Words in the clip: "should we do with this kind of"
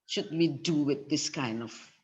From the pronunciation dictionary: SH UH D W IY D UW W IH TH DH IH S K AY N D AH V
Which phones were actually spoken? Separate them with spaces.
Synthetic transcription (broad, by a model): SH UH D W IY D UW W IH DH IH S K AY N D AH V